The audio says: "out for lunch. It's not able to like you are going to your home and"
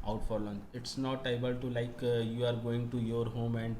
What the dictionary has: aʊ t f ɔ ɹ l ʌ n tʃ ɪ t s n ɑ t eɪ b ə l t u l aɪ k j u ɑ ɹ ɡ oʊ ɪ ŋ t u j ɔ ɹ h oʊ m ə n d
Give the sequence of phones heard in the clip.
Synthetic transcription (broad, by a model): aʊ t f ɔ ɹ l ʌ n ɪ t s n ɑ t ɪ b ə l t u l aɪ k j u ɑ ɹ ɡ oʊ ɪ ŋ t u j ɔ ɹ h oʊ m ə n d